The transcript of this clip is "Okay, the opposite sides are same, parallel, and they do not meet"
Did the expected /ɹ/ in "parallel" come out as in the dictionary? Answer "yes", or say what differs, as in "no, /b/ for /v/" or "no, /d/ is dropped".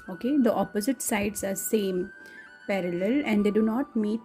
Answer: yes